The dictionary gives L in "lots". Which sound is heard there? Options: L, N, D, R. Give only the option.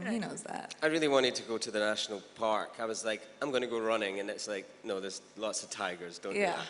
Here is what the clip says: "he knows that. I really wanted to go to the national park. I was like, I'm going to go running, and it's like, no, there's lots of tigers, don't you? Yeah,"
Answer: L